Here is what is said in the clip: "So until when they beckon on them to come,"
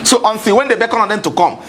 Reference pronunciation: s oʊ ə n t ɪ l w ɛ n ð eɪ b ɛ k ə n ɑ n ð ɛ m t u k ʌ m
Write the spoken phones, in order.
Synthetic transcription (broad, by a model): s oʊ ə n s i w ɛ n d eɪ b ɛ k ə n ɑ n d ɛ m t u k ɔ m